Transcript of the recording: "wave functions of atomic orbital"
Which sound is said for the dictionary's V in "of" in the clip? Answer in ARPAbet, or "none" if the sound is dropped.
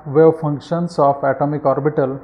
P